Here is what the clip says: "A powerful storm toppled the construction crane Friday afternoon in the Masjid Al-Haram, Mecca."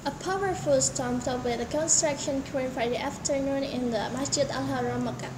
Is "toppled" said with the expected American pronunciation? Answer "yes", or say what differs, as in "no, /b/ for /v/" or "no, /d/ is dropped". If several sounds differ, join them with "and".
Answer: no, /l/ is dropped